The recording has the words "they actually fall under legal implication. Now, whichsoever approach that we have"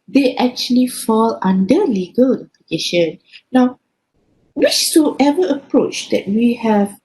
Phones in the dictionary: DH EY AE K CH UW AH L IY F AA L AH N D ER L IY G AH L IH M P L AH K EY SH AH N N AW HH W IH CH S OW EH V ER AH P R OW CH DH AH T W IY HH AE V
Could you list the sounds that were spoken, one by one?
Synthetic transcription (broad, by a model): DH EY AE K CH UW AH L IY F AA L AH N D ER L IY G AH L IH P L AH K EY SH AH N N AW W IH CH S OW EH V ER AH P R OW CH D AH T W IY HH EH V